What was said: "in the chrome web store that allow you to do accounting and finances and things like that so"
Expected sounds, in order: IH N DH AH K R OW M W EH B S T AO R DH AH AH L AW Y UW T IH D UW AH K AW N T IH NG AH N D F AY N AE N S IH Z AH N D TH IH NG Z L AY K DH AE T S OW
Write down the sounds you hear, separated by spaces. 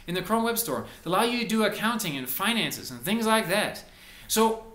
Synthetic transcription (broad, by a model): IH N DH AH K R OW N W EH B S T AO R DH AH AH L AW Y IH T IH D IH AH K AW N T IH NG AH N F AY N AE N S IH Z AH N TH IH NG Z L AY K DH AE T S OW